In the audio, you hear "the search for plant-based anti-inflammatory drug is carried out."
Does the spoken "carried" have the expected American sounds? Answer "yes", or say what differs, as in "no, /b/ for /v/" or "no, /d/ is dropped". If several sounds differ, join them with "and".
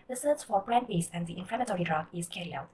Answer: no, /d/ is dropped